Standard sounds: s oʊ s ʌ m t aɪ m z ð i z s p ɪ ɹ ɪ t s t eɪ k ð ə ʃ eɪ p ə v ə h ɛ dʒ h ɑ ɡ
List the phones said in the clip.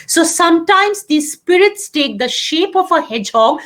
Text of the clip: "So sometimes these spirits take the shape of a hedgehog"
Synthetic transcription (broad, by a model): s oʊ s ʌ m t aɪ m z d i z s p ɪ ɹ ɪ t s t eɪ k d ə ʃ eɪ p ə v ə h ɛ dʒ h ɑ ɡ